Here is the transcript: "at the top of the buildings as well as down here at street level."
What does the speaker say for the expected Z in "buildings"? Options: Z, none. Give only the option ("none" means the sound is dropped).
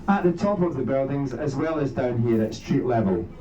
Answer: Z